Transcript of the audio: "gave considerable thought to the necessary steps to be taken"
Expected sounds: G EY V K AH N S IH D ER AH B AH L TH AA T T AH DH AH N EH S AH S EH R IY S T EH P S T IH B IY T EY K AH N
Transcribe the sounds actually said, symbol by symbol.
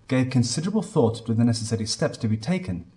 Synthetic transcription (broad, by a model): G EY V K AH N S IH D ER AH B AH L TH AA T T AH DH AH N EH S AH S EH R IY S T EH P S T IH B IY T EY K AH N